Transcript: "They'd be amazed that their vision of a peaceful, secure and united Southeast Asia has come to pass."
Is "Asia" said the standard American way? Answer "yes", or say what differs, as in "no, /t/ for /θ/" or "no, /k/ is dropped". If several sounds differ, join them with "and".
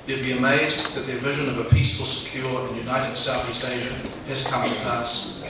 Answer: yes